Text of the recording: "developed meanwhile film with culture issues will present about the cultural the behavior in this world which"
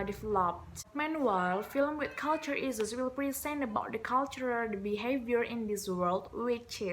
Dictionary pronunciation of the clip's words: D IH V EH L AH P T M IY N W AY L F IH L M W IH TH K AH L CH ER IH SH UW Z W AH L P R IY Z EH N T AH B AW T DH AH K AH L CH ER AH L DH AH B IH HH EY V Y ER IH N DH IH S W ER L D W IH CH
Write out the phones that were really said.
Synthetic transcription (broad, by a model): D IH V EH L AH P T M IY N W AY L F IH L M W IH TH K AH L CH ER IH S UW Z W AH L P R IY S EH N AH B AW T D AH K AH L CH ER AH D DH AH B IH HH EY V Y ER IH N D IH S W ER L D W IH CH